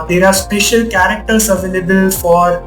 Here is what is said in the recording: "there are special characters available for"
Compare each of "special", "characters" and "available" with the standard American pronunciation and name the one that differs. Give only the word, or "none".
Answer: characters